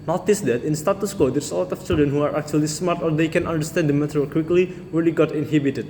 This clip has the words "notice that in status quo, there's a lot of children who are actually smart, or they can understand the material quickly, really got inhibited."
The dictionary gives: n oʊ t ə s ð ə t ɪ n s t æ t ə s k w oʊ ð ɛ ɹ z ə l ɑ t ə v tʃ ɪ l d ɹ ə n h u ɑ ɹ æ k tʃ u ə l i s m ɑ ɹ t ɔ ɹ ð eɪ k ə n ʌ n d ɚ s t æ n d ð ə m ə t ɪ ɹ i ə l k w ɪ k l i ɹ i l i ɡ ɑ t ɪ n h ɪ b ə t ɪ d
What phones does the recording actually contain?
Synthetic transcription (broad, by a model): n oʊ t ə s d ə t ɪ n s t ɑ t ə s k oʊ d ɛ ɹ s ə l ɑ t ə f tʃ ɪ l d ɹ ə n h u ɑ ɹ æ k tʃ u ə l i s m ɑ ɹ t ɔ ɹ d eɪ k ə n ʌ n d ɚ s t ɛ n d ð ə m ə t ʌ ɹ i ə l k w ɪ k l i ɹ i l i ɡ ɑ t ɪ n h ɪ b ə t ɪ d